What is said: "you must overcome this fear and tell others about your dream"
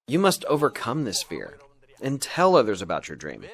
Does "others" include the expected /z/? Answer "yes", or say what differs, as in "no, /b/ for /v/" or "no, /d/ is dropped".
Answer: yes